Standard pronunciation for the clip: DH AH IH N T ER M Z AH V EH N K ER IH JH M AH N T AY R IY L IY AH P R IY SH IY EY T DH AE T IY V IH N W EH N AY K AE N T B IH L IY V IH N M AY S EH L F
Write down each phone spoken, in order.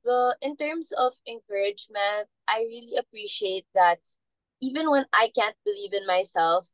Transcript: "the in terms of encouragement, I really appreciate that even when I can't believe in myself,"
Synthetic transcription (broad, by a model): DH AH IH N T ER M S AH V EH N K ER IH JH M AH N T AY R IY L IY AH P R IY SH IY EY T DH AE T IY V IH N W EH N AY K AE N T B IH L IY V IH N M AY S EH L F